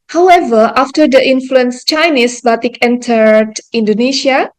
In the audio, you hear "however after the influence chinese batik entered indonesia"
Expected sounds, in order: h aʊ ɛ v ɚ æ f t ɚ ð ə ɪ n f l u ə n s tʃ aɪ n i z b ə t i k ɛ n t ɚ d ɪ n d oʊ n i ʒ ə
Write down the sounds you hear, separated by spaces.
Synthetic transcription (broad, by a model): h aʊ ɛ v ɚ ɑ f t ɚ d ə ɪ n f l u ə n s tʃ aɪ n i s b ə t i k ɛ n t ɚ d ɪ n d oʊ n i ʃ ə